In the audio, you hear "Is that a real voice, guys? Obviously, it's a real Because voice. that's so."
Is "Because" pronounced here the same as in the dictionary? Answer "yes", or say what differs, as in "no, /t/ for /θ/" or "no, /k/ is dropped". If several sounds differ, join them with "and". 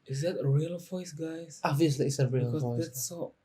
no, /z/ is dropped